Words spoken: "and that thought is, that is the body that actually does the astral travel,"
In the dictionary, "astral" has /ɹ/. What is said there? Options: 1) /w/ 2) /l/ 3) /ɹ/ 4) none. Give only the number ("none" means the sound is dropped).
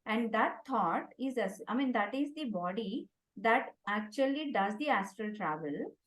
3